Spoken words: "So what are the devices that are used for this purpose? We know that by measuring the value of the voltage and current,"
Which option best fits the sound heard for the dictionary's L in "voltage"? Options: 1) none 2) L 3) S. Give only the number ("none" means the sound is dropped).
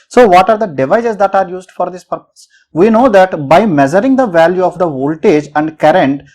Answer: 2